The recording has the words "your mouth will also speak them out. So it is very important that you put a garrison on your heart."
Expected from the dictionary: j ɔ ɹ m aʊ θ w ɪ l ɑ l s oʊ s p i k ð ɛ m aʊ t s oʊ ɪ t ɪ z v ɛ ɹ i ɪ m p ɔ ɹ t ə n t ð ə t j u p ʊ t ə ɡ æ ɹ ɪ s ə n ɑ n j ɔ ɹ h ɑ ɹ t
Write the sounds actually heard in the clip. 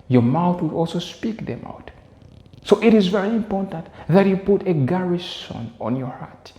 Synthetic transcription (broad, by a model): j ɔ ɹ m aʊ θ w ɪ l ɑ l s oʊ s p i k ð ɛ m aʊ t s oʊ ɪ t ɪ z v ɛ ɹ i ɪ m p ɔ ɹ t ə n t ð ə t j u p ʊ t ə ɡ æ ɹ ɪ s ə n ɑ n j ɔ ɹ h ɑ ɹ t